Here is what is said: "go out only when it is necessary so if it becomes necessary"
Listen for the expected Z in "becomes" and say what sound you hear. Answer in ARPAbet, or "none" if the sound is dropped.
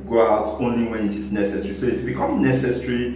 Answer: none